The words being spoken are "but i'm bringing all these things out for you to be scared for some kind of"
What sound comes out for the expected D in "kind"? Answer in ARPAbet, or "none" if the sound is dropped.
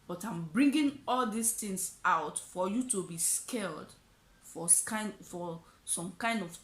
D